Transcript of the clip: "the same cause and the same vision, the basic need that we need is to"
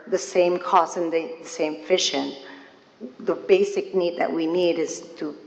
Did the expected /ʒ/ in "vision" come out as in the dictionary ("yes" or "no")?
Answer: no